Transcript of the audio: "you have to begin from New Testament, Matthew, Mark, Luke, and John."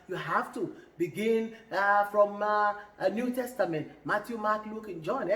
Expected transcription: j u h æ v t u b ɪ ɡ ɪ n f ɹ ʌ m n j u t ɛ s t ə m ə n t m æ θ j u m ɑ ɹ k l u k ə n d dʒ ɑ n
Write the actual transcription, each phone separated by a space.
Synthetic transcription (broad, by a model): j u h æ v t u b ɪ ɡ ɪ n f ɹ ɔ m n j u t ɛ s t ə m ə n t m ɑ t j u m ɑ k l u k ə n dʒ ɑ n